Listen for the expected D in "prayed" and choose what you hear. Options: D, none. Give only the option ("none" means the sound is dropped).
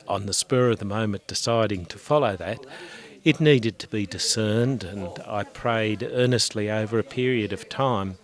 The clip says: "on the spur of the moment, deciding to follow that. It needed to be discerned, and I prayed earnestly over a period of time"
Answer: D